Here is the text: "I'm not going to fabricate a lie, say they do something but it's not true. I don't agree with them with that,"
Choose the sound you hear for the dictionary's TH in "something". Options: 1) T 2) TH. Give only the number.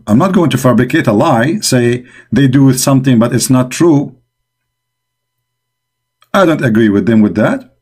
2